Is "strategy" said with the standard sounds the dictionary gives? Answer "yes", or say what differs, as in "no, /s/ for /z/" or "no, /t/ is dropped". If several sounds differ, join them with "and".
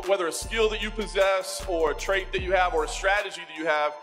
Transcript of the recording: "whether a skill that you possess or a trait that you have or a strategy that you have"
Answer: yes